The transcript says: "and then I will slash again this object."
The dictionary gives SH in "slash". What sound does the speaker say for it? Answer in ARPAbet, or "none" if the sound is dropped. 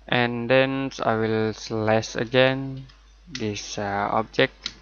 S